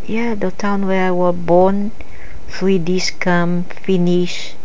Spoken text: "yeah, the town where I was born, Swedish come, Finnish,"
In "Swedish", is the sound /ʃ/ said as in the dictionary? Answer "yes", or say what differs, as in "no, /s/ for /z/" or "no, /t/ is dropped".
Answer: no, /s/ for /ʃ/